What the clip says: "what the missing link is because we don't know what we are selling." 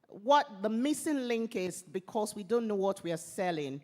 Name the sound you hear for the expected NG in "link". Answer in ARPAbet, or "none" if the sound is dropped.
NG